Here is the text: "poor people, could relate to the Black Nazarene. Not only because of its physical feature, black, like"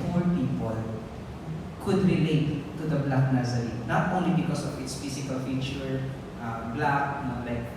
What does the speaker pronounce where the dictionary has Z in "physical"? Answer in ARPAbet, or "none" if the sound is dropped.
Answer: S